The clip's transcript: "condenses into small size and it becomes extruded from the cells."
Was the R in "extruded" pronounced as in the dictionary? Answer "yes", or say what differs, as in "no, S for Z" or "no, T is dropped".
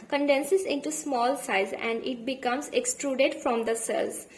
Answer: yes